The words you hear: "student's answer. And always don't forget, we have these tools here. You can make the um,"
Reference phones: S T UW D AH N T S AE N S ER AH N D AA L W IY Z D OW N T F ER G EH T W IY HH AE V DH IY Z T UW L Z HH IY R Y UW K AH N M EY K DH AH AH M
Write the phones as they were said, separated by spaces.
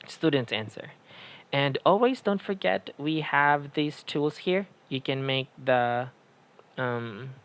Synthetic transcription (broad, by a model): S T UW D N T S AE N S ER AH N AA L W IY Z D OW N T F ER G EH T W IY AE V DH IY Z T UW L Z HH IY R Y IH K AH N M EY K DH AH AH M